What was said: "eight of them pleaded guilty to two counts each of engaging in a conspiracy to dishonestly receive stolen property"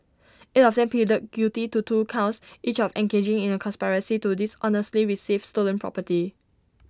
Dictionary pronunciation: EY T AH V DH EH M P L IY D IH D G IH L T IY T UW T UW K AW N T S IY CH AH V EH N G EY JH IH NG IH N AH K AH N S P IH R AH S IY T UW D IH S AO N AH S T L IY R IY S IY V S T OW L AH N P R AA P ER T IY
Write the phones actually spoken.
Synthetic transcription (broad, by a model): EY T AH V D EH M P IY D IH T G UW T IY T UW T UW K AW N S IY CH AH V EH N G EY JH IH NG IH N AH K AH N S P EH R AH S IY T UW D IH S AO N AH S T L IY R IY S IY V S T OW L AH N P R AA P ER T IY